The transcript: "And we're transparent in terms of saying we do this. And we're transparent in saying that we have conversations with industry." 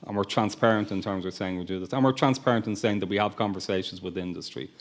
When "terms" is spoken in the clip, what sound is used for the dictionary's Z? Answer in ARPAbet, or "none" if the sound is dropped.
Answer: Z